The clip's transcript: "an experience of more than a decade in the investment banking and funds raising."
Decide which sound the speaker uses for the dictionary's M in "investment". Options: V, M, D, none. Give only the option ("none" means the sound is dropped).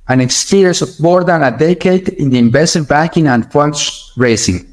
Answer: none